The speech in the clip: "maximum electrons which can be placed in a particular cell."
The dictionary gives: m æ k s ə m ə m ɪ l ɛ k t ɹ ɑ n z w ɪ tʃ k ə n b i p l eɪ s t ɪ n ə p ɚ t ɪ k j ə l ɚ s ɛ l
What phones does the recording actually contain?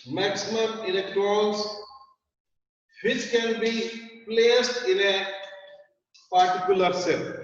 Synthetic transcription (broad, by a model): m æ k s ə m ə m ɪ l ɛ k t ɹ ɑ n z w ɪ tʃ k ə n b i p l eɪ s t ɪ n ə p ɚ t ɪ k j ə l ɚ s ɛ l